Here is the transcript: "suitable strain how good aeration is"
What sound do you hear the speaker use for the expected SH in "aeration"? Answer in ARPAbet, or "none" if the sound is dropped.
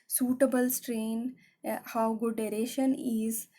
SH